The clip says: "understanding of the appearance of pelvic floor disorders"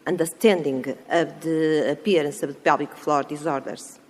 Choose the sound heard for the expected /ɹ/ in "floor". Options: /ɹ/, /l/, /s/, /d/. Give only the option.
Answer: /ɹ/